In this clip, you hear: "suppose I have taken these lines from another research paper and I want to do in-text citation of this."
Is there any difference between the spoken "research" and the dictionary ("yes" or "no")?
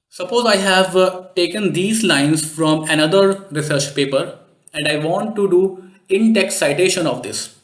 no